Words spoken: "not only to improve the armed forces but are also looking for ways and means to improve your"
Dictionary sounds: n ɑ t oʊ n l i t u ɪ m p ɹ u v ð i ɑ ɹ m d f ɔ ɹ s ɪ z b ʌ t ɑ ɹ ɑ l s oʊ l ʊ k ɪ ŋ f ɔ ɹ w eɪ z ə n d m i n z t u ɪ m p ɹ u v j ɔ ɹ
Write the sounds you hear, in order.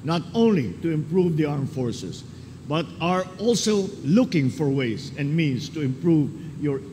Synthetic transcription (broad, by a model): n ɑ t oʊ n l i t u ɪ m p ɹ u v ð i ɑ ɹ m f ɔ ɹ s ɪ s b ʌ t ɑ ɹ ɑ l s oʊ l ʊ k ɪ ŋ f ɔ ɹ w eɪ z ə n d m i n s t u ɪ m p ɹ u v j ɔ ɹ